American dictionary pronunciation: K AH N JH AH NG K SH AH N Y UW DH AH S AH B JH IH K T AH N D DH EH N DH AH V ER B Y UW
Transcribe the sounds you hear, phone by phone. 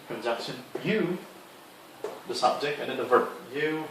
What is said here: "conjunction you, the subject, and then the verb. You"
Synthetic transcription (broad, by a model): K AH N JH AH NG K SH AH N Y UW DH AH S AH B JH IH K T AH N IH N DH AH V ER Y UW